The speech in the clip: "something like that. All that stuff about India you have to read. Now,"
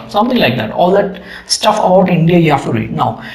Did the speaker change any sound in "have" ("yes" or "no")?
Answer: yes